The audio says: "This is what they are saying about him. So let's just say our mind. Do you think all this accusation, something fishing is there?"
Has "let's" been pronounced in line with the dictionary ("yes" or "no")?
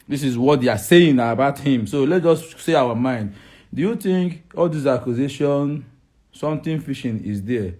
no